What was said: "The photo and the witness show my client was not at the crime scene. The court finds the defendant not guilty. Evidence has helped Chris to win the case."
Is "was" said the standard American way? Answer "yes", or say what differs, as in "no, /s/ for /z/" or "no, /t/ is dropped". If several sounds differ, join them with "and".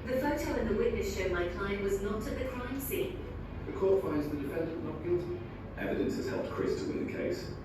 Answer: yes